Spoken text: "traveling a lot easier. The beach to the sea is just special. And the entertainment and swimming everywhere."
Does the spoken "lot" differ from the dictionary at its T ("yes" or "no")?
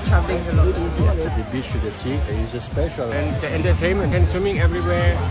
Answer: yes